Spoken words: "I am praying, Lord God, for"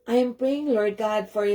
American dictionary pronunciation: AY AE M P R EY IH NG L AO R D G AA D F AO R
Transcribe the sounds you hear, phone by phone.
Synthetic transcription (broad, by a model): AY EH M P R EY IH NG L AO R D G AA D F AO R